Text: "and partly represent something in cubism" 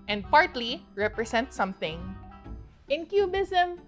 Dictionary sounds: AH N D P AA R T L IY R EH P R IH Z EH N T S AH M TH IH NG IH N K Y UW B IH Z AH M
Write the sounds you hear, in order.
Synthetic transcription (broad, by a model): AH N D P AA R T L IY R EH P R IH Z EH N T S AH M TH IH NG IH N K Y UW B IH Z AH M